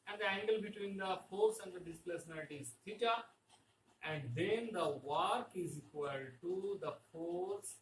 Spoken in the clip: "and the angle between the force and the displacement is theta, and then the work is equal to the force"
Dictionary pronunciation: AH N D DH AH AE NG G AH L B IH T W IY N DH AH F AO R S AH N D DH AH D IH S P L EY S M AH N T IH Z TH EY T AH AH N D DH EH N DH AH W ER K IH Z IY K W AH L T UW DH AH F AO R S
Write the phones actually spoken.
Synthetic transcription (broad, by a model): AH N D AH AE NG G AH L B IH T W IY N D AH F AO R S AH N D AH D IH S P EY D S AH N T IH Z T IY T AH AH N D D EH N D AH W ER K IH Z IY K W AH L T UW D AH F AO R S